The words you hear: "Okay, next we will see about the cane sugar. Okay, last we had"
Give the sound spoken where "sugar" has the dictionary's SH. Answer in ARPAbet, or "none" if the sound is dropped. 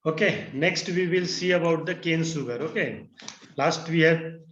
S